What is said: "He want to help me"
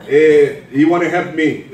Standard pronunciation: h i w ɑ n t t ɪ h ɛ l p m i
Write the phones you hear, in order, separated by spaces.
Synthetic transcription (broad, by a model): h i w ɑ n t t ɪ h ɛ p m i